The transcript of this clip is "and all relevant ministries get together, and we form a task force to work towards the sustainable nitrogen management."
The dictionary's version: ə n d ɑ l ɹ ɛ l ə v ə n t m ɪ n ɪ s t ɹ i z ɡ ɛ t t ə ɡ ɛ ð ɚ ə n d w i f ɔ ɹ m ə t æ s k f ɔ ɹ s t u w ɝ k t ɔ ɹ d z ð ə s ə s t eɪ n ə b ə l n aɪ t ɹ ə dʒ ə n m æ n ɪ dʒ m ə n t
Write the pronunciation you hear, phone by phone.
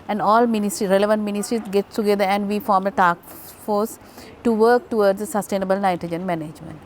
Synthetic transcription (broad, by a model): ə n d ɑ l ɹ ɛ l ə v ə n t m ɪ n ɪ s t ɹ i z ɡ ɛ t t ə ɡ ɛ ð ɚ ə n d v i f ɔ ɹ m ə t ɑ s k f ɔ ɹ s t u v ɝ k t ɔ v d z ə s ə s t eɪ n ə b ə l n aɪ t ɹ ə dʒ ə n m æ n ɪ dʒ m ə n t